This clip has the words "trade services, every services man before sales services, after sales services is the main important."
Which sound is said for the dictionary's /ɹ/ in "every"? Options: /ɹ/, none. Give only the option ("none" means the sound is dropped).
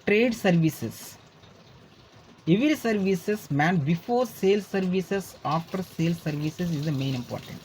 none